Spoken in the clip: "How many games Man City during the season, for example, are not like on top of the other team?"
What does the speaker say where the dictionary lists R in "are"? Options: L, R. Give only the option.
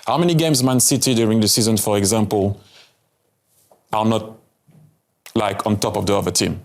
L